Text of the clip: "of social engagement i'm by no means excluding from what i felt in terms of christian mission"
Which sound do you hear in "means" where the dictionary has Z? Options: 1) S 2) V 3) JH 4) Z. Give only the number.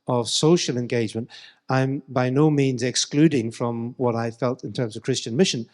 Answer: 4